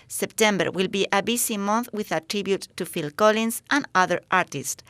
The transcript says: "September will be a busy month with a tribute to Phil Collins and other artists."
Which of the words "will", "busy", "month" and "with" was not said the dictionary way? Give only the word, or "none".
busy